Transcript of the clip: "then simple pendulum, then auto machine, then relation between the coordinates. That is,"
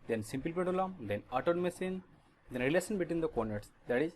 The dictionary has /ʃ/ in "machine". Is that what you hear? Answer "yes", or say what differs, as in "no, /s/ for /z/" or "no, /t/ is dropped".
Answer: no, /s/ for /ʃ/